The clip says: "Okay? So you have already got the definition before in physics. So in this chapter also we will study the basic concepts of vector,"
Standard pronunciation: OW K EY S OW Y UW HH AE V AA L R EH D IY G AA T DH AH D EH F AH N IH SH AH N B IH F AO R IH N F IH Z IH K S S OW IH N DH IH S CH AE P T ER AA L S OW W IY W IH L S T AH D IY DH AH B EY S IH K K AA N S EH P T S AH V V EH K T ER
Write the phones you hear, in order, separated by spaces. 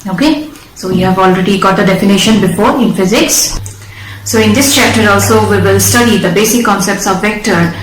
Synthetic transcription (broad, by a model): OW K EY S OW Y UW HH AE V AA L R EH D IY G AA T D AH D EH F AH N IH SH AH N B IH F AO R IH N F IH Z IH K S S OW IH N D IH S CH AE P T ER AA L S OW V IY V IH L S T AH D IY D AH B EY S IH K K AA N S EH P T S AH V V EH K T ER